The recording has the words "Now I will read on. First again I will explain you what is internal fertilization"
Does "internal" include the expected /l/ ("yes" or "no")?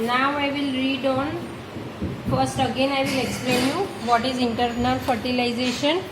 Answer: no